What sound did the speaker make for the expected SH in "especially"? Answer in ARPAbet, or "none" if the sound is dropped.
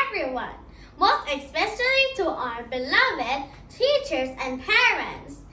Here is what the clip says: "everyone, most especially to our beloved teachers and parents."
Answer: S